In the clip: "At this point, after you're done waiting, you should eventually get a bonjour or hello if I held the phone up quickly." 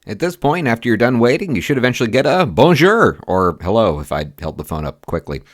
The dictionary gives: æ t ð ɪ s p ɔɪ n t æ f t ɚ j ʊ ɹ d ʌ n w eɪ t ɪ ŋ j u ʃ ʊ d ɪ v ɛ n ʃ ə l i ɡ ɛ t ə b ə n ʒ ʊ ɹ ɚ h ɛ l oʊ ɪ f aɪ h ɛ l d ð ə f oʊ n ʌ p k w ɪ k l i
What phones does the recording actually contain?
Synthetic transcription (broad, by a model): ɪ t ð ɪ s p ɔɪ n t æ f t ɚ j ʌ ɹ d ʌ n w eɪ t ɪ ŋ j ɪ ʃ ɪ d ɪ v ɛ n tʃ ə l i ɡ ɛ t ə b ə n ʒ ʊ ɹ ɚ h ɛ l oʊ ɪ f aɪ h ɛ l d ð ə f oʊ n ʌ p k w ɪ k l i